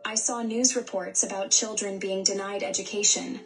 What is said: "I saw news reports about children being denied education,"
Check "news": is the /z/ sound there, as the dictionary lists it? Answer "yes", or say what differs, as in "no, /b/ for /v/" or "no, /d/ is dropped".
yes